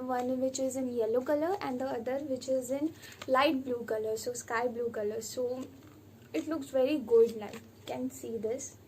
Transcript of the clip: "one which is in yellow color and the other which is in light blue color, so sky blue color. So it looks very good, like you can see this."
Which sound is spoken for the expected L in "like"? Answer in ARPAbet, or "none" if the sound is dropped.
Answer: N